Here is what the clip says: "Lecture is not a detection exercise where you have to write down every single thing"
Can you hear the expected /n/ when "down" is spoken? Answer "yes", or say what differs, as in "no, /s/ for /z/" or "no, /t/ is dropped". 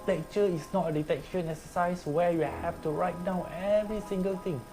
no, /n/ is dropped